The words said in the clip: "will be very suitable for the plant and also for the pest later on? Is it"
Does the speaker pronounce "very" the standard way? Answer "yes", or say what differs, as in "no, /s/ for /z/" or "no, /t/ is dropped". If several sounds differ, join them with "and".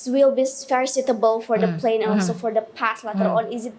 no, /f/ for /v/